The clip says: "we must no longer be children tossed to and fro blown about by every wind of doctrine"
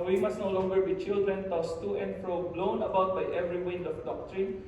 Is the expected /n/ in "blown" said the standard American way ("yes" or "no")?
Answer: yes